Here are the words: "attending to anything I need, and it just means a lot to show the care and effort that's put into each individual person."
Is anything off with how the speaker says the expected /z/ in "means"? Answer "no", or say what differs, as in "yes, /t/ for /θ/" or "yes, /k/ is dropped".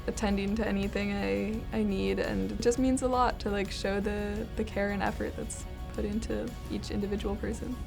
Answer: no